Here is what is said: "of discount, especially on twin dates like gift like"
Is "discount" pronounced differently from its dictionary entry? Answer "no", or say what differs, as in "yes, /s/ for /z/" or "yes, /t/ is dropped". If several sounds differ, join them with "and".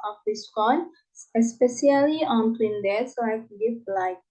yes, /t/ is dropped